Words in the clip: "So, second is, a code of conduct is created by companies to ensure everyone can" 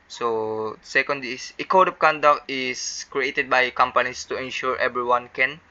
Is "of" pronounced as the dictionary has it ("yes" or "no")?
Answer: no